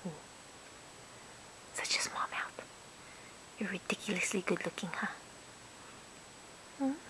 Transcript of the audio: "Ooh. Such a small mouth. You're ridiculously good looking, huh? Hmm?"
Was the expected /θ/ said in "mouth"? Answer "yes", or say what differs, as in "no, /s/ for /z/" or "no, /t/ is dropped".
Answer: no, /t/ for /θ/